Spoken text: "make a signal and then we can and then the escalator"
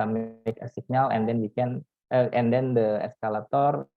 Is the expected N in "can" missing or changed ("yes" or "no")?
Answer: no